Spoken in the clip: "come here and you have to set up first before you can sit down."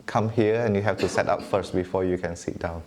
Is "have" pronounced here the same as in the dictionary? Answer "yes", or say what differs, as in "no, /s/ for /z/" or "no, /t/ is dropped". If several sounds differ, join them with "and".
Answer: no, /f/ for /v/